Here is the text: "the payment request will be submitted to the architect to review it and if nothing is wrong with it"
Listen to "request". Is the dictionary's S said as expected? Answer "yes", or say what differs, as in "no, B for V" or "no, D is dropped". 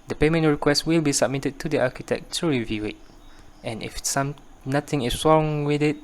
yes